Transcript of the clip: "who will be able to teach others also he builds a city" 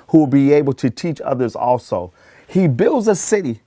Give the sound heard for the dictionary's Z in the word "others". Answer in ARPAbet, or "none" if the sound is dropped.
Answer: Z